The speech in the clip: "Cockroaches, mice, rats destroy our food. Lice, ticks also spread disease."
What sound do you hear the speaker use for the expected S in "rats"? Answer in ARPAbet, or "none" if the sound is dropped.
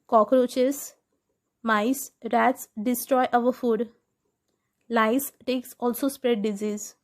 S